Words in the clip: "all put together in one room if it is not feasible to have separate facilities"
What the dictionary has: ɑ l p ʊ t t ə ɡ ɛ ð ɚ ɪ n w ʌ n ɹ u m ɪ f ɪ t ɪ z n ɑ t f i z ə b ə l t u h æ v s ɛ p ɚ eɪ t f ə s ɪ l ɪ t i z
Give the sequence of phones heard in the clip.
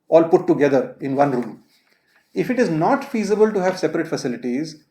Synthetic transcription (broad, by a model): ɑ l p ʊ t t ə ɡ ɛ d ɚ ɪ n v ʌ n ɹ u m ɪ f ɪ t ɪ z n ɑ t f i z ə b ə l t u h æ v s ɛ p ɚ eɪ t f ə s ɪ l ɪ t i z